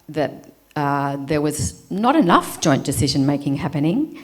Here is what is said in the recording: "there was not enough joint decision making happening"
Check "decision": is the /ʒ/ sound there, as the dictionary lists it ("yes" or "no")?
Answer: yes